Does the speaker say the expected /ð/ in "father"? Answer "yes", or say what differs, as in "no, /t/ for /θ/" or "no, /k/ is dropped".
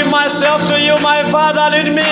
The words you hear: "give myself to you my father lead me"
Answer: yes